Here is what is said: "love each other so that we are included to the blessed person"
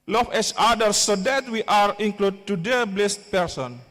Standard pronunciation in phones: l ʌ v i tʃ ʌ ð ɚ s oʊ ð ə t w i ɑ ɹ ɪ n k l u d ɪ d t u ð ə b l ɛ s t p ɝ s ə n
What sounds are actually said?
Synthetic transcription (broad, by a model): l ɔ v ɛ s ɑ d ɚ s oʊ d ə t w i ɑ ɹ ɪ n k l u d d t u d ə b l ɛ s t p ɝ s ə n